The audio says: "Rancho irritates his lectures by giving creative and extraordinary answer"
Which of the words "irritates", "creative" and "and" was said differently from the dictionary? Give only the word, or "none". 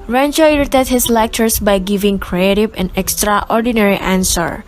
irritates